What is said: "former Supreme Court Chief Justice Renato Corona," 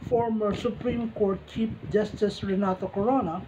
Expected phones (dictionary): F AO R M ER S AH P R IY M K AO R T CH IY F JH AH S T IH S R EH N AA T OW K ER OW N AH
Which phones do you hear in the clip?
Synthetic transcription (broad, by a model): F AO R M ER S AH P R IY M K AO R T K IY P JH AH S T IH S R EH N AA T OW K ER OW N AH